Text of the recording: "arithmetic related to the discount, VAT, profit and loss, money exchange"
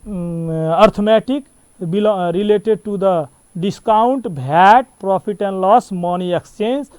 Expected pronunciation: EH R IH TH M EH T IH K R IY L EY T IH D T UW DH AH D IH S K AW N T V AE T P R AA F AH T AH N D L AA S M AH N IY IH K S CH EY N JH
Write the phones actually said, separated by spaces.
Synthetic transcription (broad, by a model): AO R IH M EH T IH K R IY L EY T IH D T UW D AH D IH S K AW N T B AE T P R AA P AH T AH N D L AA S M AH N IY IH K S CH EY N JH